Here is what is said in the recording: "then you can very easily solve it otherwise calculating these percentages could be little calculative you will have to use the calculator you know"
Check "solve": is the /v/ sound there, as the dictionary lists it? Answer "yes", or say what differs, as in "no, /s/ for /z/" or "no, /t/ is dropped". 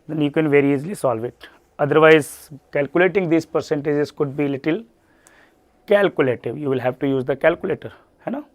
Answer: yes